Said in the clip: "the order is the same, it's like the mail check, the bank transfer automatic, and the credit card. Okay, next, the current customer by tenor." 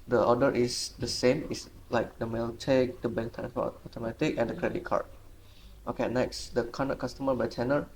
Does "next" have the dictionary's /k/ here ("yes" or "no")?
yes